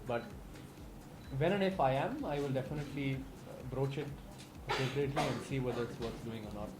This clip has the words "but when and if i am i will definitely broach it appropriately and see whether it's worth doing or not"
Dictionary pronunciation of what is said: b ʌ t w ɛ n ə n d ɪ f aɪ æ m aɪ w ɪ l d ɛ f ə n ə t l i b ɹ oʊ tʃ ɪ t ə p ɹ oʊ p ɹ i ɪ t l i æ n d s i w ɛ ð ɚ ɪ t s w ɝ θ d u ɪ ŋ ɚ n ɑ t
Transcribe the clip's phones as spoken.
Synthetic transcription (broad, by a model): b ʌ t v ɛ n ə n d ɪ f aɪ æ m aɪ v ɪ l d ɛ f ə n ə t l i b ɹ oʊ tʃ ɪ t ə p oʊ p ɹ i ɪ t l i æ n d s i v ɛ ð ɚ ɪ t s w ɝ s d u ɪ ŋ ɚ n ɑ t